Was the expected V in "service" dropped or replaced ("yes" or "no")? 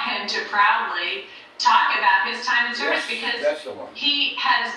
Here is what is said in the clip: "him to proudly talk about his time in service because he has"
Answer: yes